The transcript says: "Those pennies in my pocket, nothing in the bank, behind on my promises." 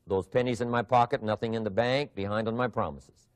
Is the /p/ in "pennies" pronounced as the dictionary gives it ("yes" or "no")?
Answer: yes